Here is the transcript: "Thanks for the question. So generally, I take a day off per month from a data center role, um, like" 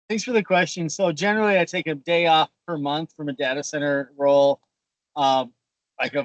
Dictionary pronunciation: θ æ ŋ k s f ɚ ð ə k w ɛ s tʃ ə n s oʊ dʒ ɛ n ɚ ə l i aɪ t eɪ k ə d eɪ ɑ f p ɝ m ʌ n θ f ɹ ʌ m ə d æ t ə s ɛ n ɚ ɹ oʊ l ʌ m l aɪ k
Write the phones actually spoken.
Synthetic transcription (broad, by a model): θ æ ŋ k s f ɚ ð ə k w ɛ s tʃ ə n s oʊ dʒ ɛ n ɚ l i aɪ t eɪ k ə d eɪ ɑ f p ɝ m ʌ n θ f ɹ ʌ m ə d æ t ə s ɛ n ɚ ɹ oʊ l ʌ m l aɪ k